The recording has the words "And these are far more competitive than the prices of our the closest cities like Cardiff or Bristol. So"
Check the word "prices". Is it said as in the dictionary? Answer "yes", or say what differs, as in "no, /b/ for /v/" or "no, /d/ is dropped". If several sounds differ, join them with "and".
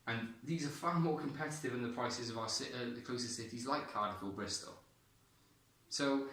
yes